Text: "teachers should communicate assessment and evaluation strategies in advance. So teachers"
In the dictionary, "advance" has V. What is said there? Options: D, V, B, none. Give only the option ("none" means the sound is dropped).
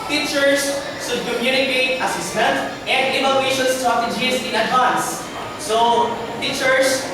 none